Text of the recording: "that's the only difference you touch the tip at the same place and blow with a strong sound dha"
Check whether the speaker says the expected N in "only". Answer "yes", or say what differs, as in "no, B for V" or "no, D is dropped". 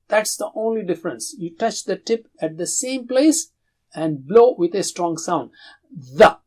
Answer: yes